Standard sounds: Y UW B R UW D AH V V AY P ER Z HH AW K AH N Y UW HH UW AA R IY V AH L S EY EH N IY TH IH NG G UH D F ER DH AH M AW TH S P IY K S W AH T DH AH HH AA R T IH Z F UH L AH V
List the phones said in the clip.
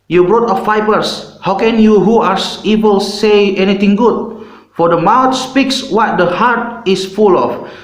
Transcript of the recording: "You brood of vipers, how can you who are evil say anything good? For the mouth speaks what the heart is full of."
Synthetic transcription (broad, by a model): Y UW B R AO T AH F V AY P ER S HH AW K AH N Y UW HH UW AA R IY B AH L S EY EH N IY T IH NG G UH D F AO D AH M AW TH S P IY K S W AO T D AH HH AA R T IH S F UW L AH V